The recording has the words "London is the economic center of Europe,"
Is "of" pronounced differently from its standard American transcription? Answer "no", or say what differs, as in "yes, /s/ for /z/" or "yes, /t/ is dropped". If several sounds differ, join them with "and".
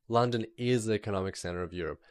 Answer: no